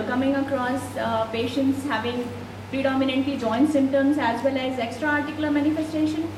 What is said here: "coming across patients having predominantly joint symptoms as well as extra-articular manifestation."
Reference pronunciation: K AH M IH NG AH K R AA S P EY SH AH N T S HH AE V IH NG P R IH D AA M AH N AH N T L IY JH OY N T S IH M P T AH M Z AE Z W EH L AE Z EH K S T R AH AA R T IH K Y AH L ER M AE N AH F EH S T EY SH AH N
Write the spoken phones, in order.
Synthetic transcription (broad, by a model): K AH M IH NG AH K R AA S P EY SH AH N T S HH AE V IH NG P R IH D AA M AH N AH N T L IY JH OY N T S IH M T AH M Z AE Z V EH L AE Z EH K S T R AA R T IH K Y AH L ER M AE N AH F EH S T EY SH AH N